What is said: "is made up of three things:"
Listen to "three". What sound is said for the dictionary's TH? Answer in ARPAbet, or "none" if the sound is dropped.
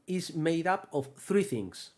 TH